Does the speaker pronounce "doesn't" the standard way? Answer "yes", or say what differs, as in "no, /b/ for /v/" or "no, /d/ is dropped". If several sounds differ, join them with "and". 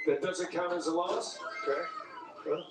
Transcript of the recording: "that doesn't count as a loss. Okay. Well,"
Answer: yes